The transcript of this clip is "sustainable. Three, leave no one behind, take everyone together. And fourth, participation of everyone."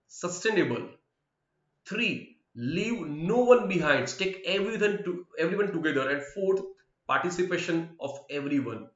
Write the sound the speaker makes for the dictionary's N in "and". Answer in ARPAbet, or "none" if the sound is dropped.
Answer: N